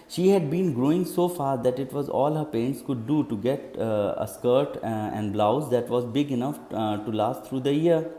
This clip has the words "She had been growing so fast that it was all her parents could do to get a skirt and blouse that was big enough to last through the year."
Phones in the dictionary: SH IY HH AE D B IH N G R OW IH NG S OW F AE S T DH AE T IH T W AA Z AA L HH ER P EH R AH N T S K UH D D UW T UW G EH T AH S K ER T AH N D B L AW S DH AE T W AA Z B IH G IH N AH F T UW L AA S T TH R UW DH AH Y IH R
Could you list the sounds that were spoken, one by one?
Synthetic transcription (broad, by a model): SH IY HH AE D B IH N G R OW IH NG S OW F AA T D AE T IH T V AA Z AA L HH ER P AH N T S K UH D D UW T UW G EH T AH S K ER T AH N D B L AW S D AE T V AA Z B IH G IH N AH F T UW L AA S T R UW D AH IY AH R